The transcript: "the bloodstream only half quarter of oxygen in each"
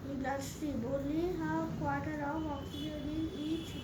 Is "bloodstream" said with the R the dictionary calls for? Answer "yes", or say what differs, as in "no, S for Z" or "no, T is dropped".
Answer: no, R is dropped